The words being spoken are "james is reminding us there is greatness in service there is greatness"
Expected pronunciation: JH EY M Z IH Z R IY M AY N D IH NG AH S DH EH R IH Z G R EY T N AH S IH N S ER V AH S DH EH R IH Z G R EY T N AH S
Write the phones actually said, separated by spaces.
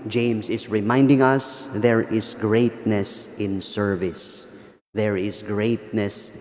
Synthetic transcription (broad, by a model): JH EY M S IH S R IY M AY N D IH NG AH S DH EH R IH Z G R EY T N AH S IH N S ER V AH S DH EH R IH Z G R EY T N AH S